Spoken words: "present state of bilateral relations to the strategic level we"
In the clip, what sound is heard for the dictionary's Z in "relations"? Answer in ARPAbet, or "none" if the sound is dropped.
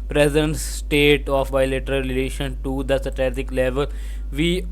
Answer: none